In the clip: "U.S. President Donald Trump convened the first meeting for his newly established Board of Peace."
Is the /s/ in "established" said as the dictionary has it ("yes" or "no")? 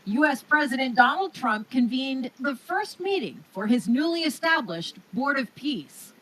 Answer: yes